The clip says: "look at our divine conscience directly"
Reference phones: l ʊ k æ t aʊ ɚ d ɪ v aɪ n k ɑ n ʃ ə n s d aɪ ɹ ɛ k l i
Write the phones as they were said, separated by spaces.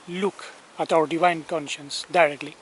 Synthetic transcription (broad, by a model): l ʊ k æ t aʊ ɚ d ɪ v aɪ n k ɑ n ʃ ə n s d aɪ ɹ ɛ k l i